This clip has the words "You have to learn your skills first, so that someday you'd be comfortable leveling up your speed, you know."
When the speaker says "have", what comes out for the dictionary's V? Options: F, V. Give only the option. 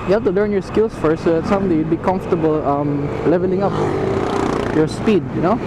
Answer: F